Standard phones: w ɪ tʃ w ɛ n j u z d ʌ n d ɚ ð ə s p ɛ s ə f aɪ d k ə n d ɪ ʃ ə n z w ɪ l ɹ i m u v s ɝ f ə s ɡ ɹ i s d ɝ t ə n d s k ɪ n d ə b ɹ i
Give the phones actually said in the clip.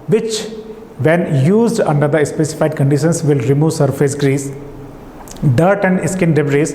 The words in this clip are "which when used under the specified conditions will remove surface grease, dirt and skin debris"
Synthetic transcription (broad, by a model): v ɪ tʃ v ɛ n j u z d ʌ n d ɚ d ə s p ɛ s ə f aɪ d k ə n d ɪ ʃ ə n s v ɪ l ɹ i m u v s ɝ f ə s ɡ ɹ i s d ɝ t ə n d s k ɪ n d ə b ɹ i